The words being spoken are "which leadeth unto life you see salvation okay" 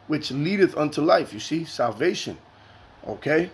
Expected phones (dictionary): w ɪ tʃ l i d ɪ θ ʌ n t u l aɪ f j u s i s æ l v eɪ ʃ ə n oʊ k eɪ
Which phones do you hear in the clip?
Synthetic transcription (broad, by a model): w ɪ tʃ l i d ɪ θ ʌ n t u l aɪ f j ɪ s i s æ l v eɪ ʃ ə n oʊ k eɪ